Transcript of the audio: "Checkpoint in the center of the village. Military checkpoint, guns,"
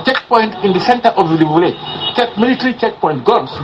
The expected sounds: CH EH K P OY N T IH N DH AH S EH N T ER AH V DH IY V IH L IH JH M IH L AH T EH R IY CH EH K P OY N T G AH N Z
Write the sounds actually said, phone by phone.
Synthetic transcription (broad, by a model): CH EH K P OY N T IH N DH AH S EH N T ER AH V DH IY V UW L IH CH M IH L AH T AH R IY CH EH K P OY N T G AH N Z